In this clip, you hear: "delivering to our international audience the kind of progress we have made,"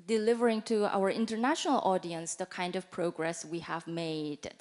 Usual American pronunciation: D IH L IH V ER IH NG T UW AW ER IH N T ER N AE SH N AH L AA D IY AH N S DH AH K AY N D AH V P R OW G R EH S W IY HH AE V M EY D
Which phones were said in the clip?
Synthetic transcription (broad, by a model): D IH L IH V ER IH NG T UW AW ER IH N T ER N AE SH N AH L AA D IY AH N S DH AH K AY N D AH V P R OW G R EH S W IY HH AE V M EY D